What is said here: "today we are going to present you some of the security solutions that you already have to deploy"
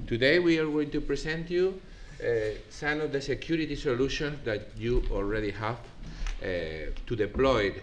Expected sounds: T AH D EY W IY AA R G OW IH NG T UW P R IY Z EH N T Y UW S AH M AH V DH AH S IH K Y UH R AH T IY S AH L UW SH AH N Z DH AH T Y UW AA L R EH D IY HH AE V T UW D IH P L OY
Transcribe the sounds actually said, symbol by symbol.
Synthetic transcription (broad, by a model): T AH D EY W IY AA R G OW IH NG T UW P R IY S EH N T Y UW S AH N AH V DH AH S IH K Y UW R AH T IY S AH L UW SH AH N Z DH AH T Y UW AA L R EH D IY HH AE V T UW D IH P L OY